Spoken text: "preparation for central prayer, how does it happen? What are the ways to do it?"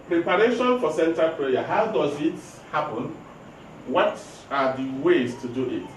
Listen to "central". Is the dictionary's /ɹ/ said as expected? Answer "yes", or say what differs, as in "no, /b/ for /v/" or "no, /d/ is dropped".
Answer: no, /ɹ/ is dropped